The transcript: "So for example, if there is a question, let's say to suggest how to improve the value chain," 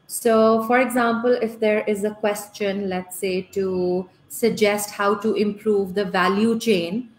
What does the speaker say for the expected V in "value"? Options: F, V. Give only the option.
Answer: V